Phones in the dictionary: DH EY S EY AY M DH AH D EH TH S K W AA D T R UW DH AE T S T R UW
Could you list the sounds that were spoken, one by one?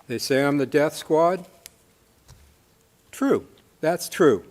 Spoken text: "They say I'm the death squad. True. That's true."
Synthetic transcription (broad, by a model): DH EY S EY AY M DH AH D EH TH S K W AA D T R UW DH AE T S T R UW